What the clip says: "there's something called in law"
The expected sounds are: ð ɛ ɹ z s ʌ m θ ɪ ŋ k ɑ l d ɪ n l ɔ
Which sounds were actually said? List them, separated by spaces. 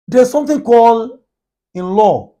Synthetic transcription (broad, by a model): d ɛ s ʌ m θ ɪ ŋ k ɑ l ɪ n l ɔ